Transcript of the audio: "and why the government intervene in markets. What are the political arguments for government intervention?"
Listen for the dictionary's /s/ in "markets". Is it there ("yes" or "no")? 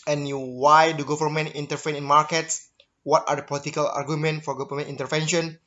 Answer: yes